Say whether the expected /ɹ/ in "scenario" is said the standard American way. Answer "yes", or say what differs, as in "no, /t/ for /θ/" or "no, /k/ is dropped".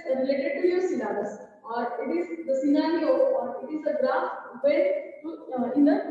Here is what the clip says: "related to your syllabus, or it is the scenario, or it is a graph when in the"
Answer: no, /l/ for /ɹ/